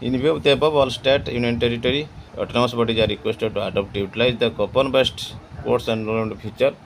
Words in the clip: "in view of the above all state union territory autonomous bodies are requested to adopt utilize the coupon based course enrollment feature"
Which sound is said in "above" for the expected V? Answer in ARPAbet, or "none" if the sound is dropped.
B